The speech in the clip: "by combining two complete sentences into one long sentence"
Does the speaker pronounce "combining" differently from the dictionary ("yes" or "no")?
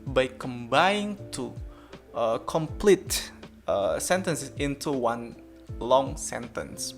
yes